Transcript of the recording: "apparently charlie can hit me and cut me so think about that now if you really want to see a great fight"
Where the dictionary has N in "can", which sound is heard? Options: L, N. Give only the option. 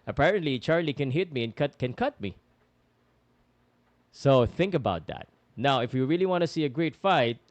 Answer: N